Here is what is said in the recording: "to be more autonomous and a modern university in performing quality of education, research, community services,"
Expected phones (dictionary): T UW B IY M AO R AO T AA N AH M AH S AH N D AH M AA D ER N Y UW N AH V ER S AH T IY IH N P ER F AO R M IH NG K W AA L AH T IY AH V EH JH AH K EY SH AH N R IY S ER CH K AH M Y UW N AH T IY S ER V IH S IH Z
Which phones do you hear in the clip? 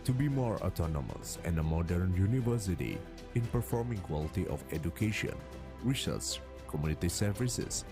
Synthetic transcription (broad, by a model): T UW B IY M AO R AO T AA N AH M AH S AH N D AH M AA D ER N Y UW N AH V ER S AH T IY IH N P ER F AO R M IH NG K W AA L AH T IY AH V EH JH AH K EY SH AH N W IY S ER S K AH M Y UW N AH T IY S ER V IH S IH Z